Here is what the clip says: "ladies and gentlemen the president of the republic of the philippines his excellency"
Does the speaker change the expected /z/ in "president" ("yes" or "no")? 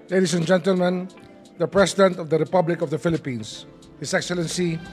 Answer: yes